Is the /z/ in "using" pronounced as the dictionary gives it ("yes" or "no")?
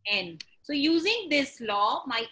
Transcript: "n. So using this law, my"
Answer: yes